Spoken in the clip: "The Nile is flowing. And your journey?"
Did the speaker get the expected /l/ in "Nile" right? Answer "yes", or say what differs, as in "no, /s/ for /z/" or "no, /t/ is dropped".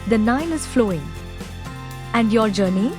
no, /n/ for /l/